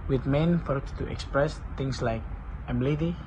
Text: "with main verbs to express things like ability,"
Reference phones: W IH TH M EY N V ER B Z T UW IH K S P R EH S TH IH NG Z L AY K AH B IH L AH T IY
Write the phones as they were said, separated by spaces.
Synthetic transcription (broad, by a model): W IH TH M EY N F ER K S T UW IH K S P R EH S T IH NG S L AY K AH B L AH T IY